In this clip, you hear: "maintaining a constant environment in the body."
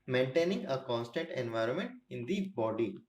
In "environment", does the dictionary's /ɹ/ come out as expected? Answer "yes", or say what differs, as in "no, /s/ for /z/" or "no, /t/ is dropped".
yes